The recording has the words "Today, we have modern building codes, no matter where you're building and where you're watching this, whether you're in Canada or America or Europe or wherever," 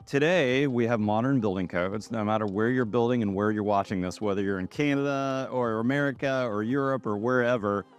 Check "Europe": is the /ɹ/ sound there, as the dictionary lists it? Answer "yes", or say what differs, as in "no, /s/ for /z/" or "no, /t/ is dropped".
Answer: yes